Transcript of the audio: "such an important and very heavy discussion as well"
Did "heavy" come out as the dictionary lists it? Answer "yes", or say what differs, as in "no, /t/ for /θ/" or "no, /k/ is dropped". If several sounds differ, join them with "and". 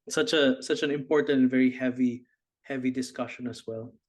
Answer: yes